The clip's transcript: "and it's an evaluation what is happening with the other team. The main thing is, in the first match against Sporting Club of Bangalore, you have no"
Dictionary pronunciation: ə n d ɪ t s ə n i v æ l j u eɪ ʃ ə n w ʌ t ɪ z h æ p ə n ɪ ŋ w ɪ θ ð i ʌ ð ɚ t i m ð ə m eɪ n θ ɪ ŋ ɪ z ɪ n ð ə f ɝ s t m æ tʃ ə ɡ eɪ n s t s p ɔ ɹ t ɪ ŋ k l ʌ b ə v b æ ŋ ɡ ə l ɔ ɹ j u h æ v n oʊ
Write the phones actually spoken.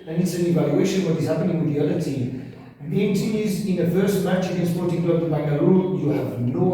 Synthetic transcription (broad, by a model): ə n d ɪ t s ə n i v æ l j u eɪ ʃ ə n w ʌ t ɪ z h æ p ə n ɪ ŋ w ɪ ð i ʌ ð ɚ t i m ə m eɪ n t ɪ ɪ z ɪ n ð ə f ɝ s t m æ tʃ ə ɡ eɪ n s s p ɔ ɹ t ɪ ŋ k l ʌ ə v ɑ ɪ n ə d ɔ l j u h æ v n oʊ